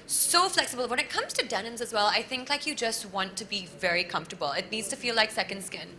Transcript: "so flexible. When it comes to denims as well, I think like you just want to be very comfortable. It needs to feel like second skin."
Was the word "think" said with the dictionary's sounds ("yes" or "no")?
yes